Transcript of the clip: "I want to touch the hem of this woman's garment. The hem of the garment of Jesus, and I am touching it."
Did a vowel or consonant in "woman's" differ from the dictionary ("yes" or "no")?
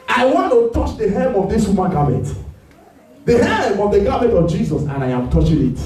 yes